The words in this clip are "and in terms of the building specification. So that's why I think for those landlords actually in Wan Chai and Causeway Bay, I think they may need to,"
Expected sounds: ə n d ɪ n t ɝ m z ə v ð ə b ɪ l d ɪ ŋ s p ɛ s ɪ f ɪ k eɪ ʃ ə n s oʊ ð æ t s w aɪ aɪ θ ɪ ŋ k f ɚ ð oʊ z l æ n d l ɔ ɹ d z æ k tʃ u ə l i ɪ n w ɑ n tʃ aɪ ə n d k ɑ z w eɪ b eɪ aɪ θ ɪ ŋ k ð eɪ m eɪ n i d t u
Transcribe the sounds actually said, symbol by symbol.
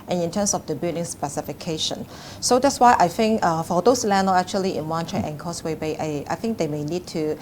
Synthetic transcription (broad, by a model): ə n ɪ n t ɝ m s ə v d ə b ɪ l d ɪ ŋ s p ɛ s ɪ f ɪ k eɪ ʃ ə n s oʊ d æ t s w aɪ aɪ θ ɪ ŋ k f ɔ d oʊ s l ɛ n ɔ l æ k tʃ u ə l i ɪ n w ɑ n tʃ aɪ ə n k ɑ s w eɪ b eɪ aɪ θ ɪ ŋ k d eɪ m eɪ n i d t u